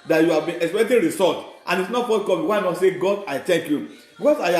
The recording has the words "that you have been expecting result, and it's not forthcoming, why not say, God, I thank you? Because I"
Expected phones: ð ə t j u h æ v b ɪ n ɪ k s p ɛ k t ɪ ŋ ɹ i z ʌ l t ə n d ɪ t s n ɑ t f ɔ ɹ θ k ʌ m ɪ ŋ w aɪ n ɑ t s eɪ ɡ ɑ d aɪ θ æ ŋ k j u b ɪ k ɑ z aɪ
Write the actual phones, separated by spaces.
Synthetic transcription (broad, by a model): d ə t j u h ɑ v b ɪ n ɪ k s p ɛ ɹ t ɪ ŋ ɹ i s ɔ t t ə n ɪ t s n ɑ t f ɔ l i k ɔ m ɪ w aɪ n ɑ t s eɪ ɡ ɑ d aɪ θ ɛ ŋ k j u b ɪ k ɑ s aɪ